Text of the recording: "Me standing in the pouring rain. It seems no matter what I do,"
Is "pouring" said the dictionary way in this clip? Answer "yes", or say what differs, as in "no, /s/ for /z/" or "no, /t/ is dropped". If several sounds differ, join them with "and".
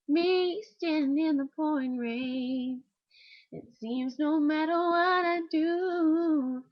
no, /ɹ/ is dropped